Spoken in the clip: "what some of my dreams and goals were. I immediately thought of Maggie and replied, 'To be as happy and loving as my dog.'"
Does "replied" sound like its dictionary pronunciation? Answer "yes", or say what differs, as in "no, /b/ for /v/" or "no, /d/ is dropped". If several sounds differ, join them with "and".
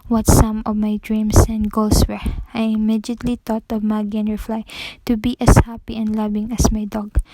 no, /f/ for /p/